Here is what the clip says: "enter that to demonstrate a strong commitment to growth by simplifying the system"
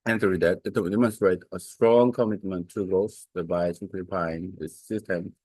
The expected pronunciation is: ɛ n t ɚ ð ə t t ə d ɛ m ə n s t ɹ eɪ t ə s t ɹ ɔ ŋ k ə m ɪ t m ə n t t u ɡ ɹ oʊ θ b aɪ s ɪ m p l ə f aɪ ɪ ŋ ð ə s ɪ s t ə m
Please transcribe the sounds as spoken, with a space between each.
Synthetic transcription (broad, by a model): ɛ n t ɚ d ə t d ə d ɛ m ə n s t ɹ eɪ t ə s t ɹ ɔ ŋ k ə m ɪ t m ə n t t u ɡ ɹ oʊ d b aɪ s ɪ p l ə p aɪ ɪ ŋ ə s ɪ s t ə m